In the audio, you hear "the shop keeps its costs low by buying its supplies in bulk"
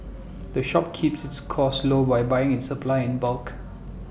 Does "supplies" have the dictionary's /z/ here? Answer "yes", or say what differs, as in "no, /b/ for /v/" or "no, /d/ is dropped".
no, /z/ is dropped